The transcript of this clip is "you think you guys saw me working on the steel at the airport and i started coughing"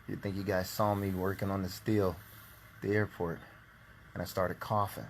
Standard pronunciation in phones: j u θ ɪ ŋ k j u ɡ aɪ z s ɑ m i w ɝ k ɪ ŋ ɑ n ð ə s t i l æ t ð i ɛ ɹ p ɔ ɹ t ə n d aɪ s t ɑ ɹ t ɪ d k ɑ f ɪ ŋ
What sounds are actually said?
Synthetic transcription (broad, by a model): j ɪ θ ɪ ŋ k j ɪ ɡ aɪ z s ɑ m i w ɝ k ɪ ŋ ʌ n ð ə s t i l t ð i ɛ ɹ p ɔ ɹ t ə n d aɪ s t ɑ ɹ t ɪ d k ɑ f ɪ